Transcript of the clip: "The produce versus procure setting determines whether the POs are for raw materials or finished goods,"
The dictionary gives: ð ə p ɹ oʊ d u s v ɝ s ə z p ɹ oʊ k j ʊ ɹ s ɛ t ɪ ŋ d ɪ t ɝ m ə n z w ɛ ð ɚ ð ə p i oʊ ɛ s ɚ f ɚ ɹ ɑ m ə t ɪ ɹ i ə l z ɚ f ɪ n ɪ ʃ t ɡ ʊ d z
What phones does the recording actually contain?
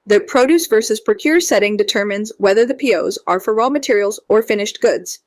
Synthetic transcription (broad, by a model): ð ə p ɹ oʊ d u s v ɝ s ə z p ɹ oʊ k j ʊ ɹ s ɛ t ɪ ŋ d ɪ t ɝ m ə n z w ɛ ð ɚ ð ə p i oʊ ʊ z ɚ f ɚ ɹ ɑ m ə t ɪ ɹ i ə l z ɚ f ɪ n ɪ ʃ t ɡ ʊ d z